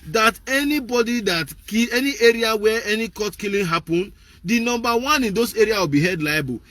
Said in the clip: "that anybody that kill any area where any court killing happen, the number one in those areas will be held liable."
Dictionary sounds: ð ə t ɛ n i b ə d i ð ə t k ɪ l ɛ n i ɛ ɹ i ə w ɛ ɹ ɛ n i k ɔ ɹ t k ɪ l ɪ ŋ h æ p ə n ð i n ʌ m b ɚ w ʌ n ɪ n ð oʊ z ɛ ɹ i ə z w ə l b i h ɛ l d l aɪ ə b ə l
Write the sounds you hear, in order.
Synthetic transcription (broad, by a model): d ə t ɛ n i b ə d i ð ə t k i ɛ n i ɛ ɹ i ə w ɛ ɛ n i k ɔ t k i l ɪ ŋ h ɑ p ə n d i n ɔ m b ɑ w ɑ n ɪ n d oʊ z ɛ ɹ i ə w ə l b i h ɛ d l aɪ b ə